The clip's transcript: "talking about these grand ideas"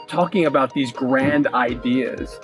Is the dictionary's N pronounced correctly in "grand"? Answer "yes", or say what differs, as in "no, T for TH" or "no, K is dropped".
yes